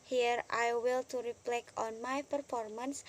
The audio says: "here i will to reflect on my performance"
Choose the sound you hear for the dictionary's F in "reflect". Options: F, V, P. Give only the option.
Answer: P